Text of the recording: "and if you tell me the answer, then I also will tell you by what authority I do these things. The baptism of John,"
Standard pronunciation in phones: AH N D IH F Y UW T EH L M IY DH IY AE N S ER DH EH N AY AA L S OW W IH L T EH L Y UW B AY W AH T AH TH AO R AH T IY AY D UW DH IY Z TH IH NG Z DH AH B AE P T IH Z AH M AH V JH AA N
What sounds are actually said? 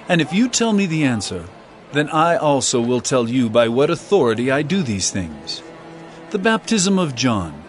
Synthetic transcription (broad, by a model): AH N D IH F Y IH T EH L M IY DH IY AE N S ER DH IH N AY AA L S OW W IH L T EH L Y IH B AY W AH T AH TH AO R AH T IY AY D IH DH IY Z TH IH NG Z DH AH B AE P T IH Z AH M AH V JH AA N